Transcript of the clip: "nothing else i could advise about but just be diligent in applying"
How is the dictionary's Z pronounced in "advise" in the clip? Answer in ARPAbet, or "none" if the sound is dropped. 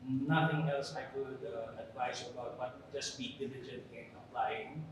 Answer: S